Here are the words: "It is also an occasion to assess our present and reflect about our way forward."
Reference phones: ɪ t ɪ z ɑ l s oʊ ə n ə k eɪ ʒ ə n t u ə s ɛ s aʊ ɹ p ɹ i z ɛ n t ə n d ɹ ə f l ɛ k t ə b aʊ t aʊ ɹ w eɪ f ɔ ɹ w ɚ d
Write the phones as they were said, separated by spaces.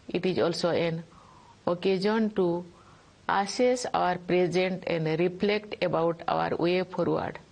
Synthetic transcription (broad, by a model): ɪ t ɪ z ɑ l s oʊ ə n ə k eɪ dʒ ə n t u ə s ɛ s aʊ ɹ p ɹ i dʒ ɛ n t ə n d ɹ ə p l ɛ k t ə b aʊ t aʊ ɹ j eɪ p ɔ ɹ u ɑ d